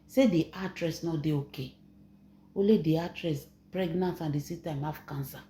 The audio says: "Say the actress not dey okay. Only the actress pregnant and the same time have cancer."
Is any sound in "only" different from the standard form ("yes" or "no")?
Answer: yes